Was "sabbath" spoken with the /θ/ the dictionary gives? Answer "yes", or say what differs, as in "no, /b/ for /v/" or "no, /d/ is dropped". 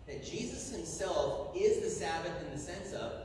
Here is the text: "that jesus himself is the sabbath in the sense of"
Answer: yes